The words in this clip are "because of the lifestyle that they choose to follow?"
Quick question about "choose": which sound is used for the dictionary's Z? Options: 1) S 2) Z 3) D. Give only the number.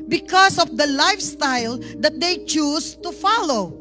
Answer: 1